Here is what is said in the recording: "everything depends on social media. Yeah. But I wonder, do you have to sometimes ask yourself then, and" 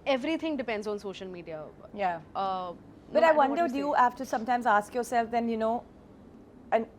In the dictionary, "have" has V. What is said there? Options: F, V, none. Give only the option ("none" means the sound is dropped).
F